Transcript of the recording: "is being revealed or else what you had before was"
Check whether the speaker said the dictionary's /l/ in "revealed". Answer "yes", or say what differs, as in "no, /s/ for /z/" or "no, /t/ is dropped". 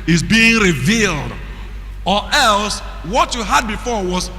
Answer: yes